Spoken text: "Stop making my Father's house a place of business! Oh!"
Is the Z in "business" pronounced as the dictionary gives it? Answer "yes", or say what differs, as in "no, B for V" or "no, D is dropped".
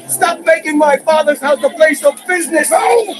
yes